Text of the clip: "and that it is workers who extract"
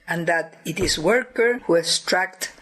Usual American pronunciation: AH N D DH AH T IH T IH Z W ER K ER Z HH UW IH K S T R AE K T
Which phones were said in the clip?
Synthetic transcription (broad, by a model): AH N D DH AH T IH T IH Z W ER K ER HH UW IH S T R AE K T